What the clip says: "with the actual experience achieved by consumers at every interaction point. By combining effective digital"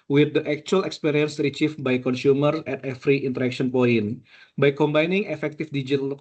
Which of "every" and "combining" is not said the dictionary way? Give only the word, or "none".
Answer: every